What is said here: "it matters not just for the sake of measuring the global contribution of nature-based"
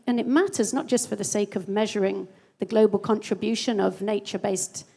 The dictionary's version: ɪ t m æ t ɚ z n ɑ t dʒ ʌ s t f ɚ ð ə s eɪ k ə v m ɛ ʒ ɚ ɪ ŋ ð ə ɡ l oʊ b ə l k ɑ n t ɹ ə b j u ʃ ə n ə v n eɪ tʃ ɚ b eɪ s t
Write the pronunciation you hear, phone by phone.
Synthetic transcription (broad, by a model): ɪ t m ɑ t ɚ z n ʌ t dʒ ʌ s t f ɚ ð ə s eɪ k ə v m ɛ ʒ ɚ ɪ ŋ ð ə ɡ l oʊ b ə l k ɑ n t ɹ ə b j u ʃ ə n ə v n eɪ tʃ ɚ b eɪ s t